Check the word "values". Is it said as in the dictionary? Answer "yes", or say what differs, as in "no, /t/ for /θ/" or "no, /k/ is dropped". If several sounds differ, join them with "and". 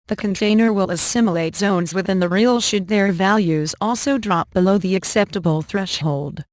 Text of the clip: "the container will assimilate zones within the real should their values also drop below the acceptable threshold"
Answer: yes